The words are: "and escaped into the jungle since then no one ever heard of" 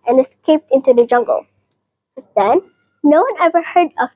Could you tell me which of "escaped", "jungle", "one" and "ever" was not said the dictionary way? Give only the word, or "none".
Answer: none